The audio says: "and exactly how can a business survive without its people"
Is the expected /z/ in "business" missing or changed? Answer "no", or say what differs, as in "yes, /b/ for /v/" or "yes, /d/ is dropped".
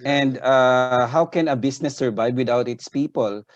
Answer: yes, /s/ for /z/